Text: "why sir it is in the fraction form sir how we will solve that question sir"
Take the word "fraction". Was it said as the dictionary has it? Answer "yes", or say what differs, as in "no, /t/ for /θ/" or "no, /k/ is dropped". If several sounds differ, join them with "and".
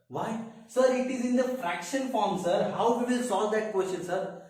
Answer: yes